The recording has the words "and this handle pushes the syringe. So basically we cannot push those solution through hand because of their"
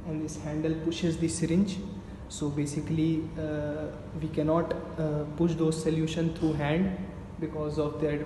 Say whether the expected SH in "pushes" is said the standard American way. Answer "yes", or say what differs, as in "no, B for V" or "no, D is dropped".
yes